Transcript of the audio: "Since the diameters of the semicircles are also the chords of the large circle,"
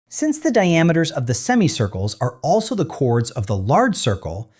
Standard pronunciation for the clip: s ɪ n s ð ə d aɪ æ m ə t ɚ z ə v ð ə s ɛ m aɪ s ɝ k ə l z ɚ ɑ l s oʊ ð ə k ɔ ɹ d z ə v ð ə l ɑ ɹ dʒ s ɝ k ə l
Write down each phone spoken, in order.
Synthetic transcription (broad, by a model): s ɪ n s ð ə d aɪ æ m ə t ɚ z ə v ð ə s ɛ m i s ɝ k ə l z ɚ ɑ l s oʊ ð ə k ɔ ɹ d z ə v ð ə l ɑ ɹ dʒ s ɝ k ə l